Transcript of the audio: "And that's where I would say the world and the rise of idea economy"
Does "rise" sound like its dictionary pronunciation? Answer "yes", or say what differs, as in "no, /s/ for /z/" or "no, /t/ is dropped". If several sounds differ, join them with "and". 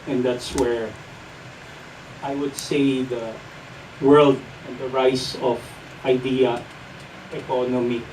no, /s/ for /z/